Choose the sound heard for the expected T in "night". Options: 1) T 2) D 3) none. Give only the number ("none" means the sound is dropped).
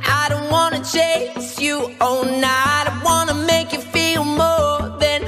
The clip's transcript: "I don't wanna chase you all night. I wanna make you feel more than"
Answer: 3